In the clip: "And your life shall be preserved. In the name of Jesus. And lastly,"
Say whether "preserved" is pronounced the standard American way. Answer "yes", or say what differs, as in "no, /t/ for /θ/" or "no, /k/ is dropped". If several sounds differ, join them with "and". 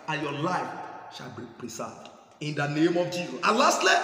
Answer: no, /s/ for /z/